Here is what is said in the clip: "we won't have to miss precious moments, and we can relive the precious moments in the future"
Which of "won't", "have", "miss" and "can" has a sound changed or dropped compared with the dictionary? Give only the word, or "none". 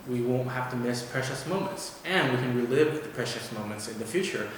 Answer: have